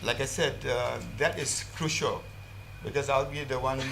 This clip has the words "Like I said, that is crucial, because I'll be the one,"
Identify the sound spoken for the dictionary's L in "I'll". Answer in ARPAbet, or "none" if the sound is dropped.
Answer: L